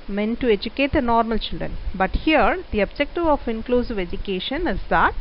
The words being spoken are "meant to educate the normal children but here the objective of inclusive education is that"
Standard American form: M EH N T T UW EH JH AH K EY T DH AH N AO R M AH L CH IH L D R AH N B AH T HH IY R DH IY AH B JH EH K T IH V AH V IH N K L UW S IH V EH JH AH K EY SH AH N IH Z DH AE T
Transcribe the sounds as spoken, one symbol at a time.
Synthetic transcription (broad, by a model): M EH N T T UW EH JH AH K EY T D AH N AO R M AH L CH IH L D R AH N B AH T HH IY R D IY AH B JH EH K T IH V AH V IH N K L UW S IH V EH JH AH K EY SH AH N IH Z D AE T